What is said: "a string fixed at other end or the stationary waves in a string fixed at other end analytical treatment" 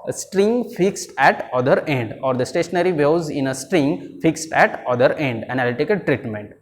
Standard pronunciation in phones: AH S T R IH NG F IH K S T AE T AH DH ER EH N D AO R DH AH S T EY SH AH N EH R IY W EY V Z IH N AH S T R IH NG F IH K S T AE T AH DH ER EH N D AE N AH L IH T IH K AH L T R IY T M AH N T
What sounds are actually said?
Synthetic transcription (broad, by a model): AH S T R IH NG F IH K S T AE T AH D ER EH N D AO R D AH S T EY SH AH N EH R IY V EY Z IH N AH S T R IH NG F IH K S T AE T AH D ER EH N D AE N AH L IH T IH K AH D T R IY T M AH N T